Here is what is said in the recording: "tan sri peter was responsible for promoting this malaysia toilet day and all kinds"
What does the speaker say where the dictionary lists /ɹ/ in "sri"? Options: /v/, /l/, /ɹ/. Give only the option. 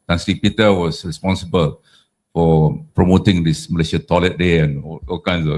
/l/